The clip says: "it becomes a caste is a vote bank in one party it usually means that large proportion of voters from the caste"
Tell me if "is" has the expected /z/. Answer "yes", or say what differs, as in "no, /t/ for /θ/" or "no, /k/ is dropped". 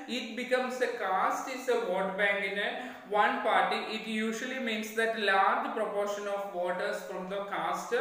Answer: no, /s/ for /z/